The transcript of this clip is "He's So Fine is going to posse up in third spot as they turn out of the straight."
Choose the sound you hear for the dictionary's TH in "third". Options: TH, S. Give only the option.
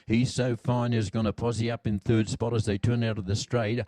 TH